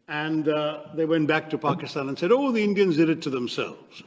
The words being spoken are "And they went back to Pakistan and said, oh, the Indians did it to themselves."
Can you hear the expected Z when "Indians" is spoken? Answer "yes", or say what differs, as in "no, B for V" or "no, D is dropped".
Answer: yes